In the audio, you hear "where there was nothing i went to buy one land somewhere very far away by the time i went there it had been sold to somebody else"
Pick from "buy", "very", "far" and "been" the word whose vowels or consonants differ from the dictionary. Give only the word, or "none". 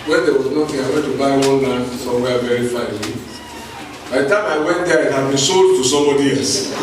far